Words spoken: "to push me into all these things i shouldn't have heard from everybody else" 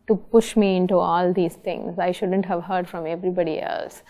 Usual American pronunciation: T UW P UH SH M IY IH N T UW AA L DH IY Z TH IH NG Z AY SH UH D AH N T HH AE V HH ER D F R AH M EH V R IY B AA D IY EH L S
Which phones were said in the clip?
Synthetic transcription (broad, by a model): T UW P UH SH M IY IH N T UW AA L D IY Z T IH NG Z AY SH UH D AH N T HH AE V HH ER D F R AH M EH V R IY B AA D IY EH L S